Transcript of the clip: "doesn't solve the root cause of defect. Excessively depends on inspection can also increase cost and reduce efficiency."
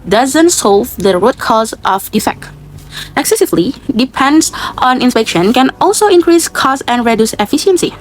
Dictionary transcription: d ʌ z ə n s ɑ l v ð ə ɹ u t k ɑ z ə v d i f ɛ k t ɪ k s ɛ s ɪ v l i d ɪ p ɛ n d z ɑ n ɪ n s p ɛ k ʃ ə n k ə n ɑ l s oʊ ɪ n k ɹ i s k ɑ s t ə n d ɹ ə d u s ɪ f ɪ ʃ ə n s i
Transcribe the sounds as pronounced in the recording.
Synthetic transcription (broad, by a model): d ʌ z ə n s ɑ l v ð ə ɹ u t k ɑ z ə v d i f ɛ k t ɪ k s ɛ s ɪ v l i d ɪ p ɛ n d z ɑ n ɪ n s p ɛ k ʃ ə n k ə n ɑ l s oʊ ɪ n k ɹ i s k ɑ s ə n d ɹ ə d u s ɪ f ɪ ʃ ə n s i